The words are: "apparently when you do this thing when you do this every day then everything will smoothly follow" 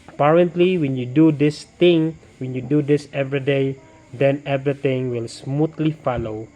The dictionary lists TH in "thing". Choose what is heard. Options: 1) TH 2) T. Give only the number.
2